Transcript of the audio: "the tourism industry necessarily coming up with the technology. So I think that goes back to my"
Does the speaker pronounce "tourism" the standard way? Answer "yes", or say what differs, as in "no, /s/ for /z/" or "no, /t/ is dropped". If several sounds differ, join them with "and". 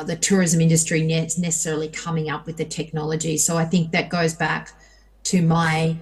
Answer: yes